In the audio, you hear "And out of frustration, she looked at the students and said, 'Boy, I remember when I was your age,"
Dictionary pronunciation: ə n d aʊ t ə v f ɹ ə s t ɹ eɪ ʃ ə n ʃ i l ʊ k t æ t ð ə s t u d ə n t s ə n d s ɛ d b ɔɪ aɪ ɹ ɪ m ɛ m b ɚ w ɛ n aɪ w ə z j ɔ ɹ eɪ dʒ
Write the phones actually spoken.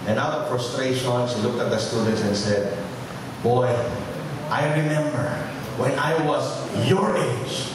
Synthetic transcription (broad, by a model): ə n aʊ t ə v f ɹ ə s t ɹ eɪ ʃ ə n s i l ʊ k t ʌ t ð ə s t u d ə n t s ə n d s ɛ d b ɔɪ aɪ ɹ ɪ m ɛ m b ɚ w ɛ n aɪ w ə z j ɔ ɹ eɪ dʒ